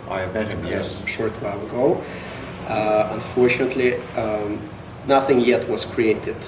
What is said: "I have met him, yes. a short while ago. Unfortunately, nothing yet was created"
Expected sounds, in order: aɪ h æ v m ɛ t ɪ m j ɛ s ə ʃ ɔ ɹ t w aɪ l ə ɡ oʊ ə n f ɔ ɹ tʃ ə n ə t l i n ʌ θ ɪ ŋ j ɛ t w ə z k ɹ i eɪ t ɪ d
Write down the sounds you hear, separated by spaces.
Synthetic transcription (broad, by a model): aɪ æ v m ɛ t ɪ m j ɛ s ʃ ɔ ɹ t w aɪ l ə ɡ oʊ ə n f ɔ ɹ tʃ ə n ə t l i n ʌ θ ɪ ŋ j ɛ t w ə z k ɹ i eɪ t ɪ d